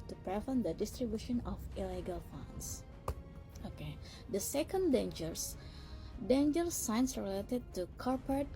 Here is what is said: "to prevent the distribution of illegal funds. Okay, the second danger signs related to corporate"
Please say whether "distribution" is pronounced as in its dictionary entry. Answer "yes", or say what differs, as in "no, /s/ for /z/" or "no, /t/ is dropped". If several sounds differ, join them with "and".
yes